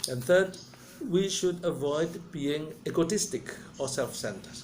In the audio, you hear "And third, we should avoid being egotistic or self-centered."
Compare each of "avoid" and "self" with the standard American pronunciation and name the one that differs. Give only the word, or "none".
none